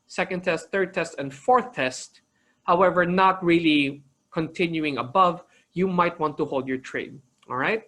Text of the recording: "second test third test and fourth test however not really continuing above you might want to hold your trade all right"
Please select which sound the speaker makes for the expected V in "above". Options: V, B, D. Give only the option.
V